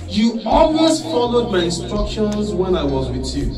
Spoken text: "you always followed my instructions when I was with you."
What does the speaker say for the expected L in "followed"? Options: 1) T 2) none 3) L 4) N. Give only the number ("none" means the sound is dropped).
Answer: 3